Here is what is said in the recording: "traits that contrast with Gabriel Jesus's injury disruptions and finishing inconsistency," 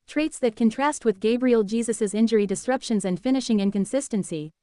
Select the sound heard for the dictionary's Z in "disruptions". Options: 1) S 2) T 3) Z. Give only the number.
3